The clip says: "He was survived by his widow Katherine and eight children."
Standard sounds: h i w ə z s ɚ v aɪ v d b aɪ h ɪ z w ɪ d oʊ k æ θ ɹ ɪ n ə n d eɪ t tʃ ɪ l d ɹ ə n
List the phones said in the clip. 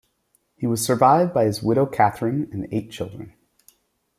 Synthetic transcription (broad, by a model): h i w ə z s ɚ v aɪ v d b aɪ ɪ z w ɪ d oʊ k æ θ ɹ ɪ n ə n eɪ t tʃ ɪ l d ɹ ə n